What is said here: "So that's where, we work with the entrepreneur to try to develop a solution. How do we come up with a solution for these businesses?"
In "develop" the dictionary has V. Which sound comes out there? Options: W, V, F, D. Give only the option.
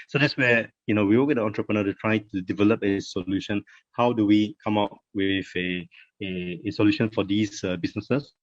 V